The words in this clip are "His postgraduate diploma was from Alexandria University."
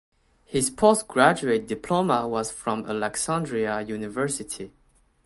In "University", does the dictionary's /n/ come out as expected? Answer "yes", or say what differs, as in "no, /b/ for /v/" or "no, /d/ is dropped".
yes